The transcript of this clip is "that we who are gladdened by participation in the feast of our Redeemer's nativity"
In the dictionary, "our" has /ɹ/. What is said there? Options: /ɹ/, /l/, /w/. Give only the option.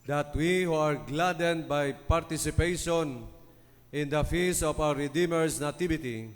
/w/